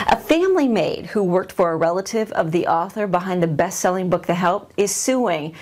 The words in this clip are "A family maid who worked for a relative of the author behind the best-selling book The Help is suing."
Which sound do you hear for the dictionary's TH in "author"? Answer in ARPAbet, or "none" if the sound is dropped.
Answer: TH